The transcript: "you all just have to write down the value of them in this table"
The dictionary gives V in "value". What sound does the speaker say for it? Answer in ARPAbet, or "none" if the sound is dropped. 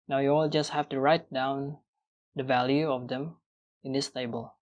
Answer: V